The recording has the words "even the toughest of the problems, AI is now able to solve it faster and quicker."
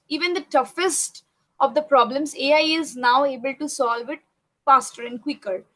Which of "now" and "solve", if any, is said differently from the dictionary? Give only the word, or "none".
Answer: none